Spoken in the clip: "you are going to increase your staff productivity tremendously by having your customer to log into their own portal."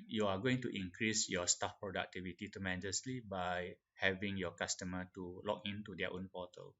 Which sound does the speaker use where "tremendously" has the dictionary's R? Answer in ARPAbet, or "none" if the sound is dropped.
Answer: none